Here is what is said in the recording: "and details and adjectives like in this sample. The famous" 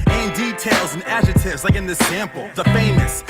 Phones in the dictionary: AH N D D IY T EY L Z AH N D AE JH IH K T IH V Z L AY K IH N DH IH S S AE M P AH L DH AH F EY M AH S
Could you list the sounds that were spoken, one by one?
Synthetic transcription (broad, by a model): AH N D D IY T EY L Z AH N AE JH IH T IH V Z L AY K IH N DH IH S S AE M P L DH AH F EY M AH S